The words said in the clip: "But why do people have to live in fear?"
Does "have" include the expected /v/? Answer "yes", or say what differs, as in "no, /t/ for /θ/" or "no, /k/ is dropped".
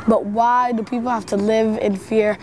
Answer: no, /f/ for /v/